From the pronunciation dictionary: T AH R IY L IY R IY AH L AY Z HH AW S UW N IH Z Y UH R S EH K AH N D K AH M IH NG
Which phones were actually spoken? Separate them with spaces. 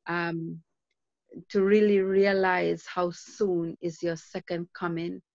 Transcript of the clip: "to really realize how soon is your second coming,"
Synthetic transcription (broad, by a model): T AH R IY L IY R IY AH L AY Z HH AW S UW N IH Z Y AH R S EH K AH N D K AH M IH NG